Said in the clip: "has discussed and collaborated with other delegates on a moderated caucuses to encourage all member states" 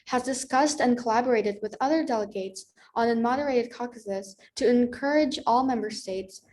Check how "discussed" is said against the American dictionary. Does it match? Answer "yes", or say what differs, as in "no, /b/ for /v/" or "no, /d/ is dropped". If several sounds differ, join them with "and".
yes